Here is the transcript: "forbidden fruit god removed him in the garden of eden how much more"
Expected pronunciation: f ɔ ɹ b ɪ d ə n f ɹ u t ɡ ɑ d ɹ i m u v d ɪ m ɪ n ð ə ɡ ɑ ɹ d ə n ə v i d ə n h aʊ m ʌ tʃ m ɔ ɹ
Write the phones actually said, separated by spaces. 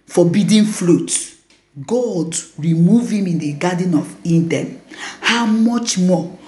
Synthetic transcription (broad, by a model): f ɔ b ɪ d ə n f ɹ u t ɡ ɑ d ɹ i m u v ɪ m ɪ n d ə ɡ ɑ d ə n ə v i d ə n h aʊ m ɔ tʃ m ɔ